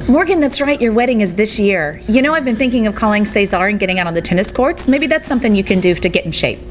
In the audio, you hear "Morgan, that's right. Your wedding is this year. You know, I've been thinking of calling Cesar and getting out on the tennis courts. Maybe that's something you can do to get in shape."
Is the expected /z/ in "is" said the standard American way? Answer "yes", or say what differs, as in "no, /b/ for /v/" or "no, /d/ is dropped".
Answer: yes